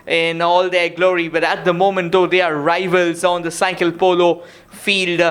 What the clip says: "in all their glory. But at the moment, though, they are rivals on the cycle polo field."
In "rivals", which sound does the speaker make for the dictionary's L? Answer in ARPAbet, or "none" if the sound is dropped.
L